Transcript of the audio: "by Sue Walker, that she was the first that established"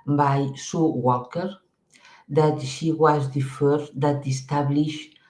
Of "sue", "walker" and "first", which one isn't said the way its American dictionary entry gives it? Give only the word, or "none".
first